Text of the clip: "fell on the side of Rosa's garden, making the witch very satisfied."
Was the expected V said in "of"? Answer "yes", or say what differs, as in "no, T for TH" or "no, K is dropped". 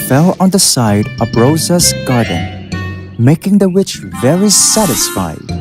no, B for V